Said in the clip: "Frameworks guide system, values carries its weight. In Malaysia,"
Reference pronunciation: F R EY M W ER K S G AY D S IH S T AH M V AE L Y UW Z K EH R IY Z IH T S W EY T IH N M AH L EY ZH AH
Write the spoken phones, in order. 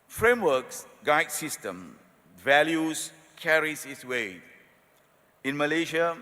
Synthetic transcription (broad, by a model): F R EY M W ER K S G AY D S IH S T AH M V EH L Y UW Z K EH R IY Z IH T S W EY IH N M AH L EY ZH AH